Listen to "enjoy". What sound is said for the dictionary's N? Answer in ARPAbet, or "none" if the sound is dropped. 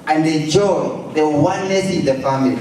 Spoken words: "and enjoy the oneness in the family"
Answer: none